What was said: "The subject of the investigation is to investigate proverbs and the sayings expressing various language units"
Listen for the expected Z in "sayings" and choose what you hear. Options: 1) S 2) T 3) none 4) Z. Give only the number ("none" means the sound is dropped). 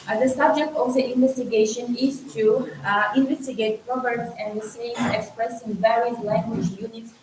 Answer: 3